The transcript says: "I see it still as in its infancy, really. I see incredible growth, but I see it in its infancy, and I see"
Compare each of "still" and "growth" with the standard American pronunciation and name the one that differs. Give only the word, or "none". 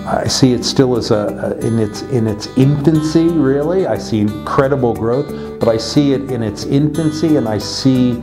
none